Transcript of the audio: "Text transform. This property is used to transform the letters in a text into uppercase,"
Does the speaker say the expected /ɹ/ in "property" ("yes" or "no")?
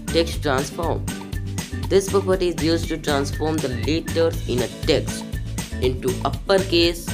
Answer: yes